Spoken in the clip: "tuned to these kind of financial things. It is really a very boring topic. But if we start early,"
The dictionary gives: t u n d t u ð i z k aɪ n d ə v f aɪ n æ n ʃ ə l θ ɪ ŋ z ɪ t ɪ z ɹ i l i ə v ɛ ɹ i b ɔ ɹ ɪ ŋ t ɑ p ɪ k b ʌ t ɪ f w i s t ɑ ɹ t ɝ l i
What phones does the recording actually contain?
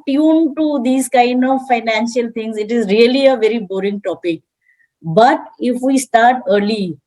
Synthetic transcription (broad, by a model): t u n t u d i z k aɪ n d ə v f aɪ n æ n ʃ ə l t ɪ ŋ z ɪ t ɪ z ɹ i l i ə v ɛ ɹ i b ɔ ɹ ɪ ŋ t ɑ p ɪ k b ʌ t ɪ f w i s t ɑ ɹ t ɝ l i